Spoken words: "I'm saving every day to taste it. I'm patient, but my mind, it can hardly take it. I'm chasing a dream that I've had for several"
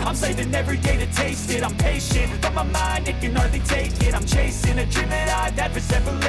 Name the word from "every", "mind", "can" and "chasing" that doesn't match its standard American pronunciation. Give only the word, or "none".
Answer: none